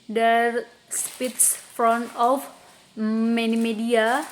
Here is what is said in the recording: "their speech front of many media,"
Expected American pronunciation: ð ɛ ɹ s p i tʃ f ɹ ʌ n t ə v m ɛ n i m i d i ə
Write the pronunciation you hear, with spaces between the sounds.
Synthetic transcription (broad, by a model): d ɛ ɹ s p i s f ɹ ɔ n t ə f m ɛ n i m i d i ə